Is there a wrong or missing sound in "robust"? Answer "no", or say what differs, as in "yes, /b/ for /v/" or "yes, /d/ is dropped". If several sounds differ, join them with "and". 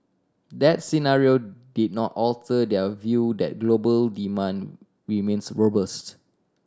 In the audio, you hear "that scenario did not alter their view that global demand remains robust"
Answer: no